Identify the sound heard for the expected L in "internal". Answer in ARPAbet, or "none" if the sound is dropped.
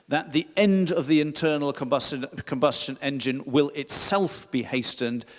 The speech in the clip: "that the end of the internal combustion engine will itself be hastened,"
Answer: N